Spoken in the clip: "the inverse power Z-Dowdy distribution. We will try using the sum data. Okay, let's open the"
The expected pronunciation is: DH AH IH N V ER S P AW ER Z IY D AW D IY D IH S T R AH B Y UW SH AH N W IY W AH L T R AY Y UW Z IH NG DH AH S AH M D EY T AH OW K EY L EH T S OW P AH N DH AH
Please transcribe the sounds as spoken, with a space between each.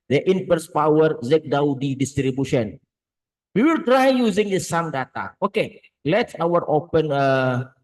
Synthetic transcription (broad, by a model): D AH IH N P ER S P AW ER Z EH D AW D IY D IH S T R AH B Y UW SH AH N W IY W AH L T R AY Y UW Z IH NG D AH S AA M D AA T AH OW K EY L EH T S OW P AH N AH